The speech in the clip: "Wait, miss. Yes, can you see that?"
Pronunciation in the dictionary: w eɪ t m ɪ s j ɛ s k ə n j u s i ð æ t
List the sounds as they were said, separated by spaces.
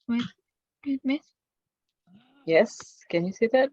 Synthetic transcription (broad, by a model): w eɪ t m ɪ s j ɛ s k ə n j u s i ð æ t